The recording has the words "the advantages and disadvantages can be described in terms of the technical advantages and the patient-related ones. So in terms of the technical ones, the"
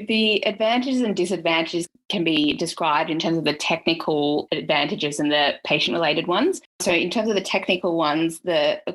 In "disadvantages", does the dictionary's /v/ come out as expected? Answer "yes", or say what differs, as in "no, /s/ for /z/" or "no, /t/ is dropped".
yes